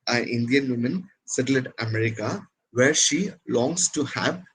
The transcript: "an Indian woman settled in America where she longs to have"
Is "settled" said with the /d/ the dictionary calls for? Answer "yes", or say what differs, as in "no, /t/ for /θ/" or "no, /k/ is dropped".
no, /d/ is dropped